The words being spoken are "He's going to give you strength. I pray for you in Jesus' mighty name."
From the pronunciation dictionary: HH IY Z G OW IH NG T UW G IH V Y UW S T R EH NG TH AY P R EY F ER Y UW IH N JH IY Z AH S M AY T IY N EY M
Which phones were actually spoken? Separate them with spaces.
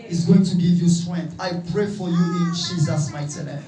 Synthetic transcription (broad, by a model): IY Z G OW IH NG T UW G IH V Y UW S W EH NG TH AY P R EY F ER Y UW IH N JH IY Z AH S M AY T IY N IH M